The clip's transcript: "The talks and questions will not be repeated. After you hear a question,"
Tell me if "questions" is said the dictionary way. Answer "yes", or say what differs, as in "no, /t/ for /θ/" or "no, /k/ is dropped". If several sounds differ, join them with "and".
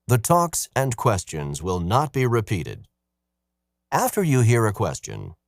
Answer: yes